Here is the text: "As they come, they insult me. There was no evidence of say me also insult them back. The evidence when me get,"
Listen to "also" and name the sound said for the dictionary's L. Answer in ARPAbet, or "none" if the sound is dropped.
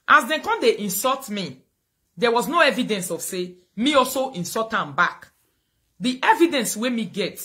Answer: L